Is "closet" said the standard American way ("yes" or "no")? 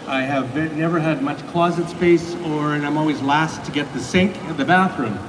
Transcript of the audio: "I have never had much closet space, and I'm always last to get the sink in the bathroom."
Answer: yes